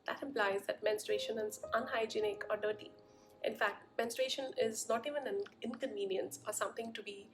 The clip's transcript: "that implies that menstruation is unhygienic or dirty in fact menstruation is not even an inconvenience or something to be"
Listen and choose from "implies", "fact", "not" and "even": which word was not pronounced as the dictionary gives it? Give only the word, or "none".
none